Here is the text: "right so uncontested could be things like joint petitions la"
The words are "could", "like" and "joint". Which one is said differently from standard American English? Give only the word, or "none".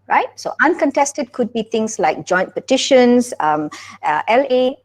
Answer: none